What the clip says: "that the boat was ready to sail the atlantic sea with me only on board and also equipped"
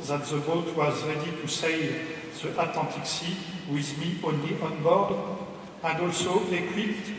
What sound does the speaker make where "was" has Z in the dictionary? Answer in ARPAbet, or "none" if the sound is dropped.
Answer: Z